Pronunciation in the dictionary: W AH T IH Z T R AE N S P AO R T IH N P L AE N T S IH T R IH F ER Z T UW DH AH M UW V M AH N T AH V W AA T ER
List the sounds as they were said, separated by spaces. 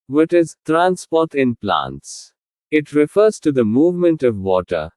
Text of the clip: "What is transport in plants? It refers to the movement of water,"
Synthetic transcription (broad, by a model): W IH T IH Z T R AE N S P AO R T IH N P L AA N T S IH T R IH F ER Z T UW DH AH M UW V M AH N T AH V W AA T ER